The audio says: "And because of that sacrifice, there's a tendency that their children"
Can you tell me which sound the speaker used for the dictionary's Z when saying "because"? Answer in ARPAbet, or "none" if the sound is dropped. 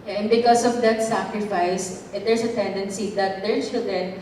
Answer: S